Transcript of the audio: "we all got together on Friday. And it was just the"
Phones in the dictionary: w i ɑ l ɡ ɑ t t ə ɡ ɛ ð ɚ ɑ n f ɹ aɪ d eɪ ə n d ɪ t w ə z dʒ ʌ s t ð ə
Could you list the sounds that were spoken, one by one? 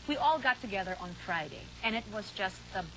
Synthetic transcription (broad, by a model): w i ɑ l ɡ ɑ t t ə ɡ ɛ ð ɚ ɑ n f ɹ aɪ d eɪ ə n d ɪ t w ə z dʒ ʌ s t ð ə